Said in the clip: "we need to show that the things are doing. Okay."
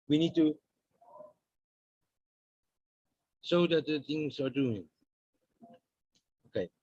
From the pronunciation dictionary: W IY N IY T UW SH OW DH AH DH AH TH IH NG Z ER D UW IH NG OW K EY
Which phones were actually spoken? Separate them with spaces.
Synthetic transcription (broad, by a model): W IY N IY T UW S OW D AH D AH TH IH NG S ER D UW IH NG OW K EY